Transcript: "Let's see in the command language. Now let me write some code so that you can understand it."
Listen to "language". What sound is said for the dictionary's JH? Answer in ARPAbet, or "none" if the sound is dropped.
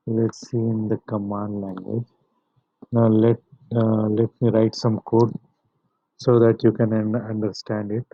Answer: JH